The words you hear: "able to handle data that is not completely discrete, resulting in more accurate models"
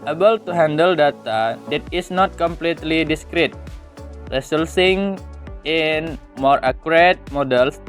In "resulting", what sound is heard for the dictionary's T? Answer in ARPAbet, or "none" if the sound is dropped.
S